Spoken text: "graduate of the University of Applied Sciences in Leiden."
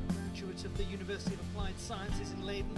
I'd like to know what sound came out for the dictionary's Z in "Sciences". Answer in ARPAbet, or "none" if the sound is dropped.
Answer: Z